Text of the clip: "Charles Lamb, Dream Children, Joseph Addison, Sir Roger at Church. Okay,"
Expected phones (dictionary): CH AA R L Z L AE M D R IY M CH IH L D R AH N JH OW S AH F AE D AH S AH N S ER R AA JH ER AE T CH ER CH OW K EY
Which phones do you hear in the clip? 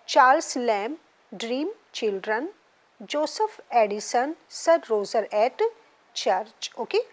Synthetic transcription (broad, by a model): CH AA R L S L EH M D R IY M CH IH L D R AH N JH OW S AH F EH D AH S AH N S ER R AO Z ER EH T CH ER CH OW K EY